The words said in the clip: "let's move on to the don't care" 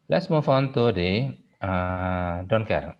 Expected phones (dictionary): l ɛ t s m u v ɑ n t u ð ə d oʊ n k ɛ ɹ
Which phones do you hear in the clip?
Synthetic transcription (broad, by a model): l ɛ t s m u f ɑ n t u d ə d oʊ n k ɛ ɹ